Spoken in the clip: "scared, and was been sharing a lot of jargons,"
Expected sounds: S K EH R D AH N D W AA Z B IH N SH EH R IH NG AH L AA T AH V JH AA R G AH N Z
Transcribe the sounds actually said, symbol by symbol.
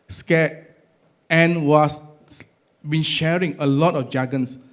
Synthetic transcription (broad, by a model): S K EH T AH N W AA S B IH N SH EH R IH NG AH L AA T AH F JH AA G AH N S